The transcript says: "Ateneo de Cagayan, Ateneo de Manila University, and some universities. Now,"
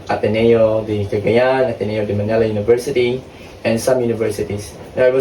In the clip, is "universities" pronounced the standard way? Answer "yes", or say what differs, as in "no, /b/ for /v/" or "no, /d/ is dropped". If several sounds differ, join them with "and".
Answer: no, /s/ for /z/